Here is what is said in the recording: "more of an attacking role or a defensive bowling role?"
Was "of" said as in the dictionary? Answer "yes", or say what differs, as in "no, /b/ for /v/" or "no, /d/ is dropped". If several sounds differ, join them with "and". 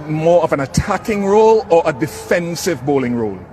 yes